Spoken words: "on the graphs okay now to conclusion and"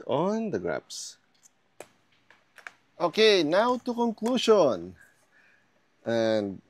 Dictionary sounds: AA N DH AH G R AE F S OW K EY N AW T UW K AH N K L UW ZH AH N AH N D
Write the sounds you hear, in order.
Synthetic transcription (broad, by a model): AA N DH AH G R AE P S OW K EY N AW T UW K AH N K L UW SH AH N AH N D